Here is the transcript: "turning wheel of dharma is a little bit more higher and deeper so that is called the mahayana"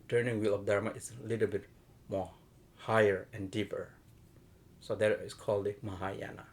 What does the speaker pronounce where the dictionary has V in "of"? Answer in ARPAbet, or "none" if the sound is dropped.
F